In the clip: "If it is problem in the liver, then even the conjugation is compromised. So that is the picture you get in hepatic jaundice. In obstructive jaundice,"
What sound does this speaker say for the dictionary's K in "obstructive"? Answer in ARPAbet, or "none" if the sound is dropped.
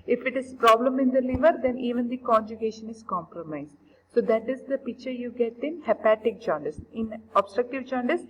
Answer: K